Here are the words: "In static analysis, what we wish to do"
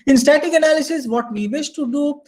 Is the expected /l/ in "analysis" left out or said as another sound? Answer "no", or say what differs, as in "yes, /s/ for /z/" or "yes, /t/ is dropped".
no